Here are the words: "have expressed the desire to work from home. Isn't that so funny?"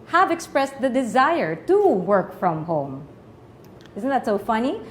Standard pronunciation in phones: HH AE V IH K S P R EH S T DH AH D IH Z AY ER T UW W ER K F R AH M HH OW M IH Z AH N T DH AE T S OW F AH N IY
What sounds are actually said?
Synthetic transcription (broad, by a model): HH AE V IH K S P R EH S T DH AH D IH Z AY ER T UW W ER K F R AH M HH OW M IH Z AH N T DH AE T S OW F AH N IY